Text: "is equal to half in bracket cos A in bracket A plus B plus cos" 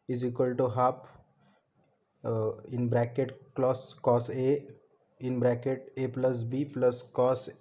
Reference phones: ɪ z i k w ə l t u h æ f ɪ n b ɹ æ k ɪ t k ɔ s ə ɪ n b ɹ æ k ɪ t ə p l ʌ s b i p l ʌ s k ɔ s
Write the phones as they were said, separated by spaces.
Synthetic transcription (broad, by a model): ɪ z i k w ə l t u h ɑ p ɪ n b ɹ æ k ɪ t k ɔ s ə ɪ n b ɹ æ k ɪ t ə p l ʌ s b i p l ʌ s k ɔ s